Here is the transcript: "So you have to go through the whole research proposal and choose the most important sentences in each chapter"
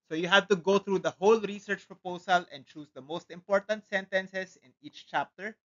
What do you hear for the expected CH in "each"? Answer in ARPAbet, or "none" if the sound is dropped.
CH